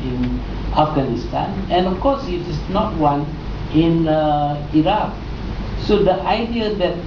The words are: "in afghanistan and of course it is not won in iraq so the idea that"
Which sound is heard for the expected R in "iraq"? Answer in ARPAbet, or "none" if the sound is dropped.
R